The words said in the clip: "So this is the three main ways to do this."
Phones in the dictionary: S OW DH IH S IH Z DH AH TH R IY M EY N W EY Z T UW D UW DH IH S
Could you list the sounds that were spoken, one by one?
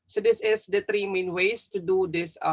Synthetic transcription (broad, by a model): S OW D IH S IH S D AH T R IY M EY N W EY S T UW D UW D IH S